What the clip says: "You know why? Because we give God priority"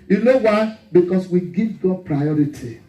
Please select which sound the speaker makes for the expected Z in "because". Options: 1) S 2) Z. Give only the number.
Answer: 1